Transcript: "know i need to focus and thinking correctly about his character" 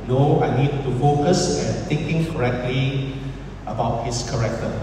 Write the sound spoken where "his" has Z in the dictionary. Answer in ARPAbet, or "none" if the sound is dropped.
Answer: S